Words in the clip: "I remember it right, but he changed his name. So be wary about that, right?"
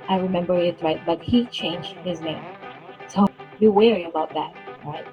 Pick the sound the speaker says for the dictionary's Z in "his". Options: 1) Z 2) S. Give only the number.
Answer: 1